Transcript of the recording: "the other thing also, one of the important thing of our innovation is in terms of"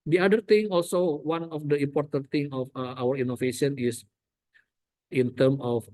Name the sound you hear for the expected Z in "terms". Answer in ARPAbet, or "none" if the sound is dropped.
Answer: none